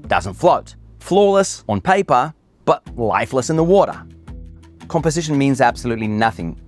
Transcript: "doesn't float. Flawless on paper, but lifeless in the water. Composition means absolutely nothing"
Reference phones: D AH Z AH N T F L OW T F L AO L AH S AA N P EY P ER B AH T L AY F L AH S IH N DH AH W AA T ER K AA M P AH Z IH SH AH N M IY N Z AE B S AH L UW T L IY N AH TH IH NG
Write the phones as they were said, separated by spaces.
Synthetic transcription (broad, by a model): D AH Z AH N T F L OW T F L AO L AH S N P EY P ER B AH T L AY F L AH S IH N DH AH W AA T ER K AA M P AH Z IH SH AH N M IY N Z AE B S AH L UW T L IY N AH TH IH NG